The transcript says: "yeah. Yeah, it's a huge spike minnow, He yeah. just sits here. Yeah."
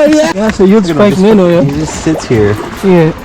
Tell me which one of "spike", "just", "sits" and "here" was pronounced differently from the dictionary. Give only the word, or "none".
spike